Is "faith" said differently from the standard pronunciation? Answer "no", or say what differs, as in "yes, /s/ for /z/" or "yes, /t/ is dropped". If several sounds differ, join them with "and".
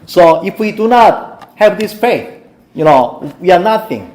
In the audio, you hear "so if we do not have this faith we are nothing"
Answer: yes, /p/ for /f/